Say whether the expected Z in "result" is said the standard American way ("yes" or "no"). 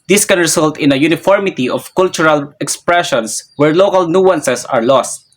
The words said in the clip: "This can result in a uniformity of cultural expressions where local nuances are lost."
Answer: no